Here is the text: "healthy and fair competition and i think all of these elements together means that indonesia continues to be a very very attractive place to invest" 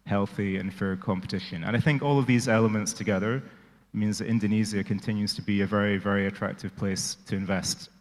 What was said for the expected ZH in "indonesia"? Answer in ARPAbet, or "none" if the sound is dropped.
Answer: Z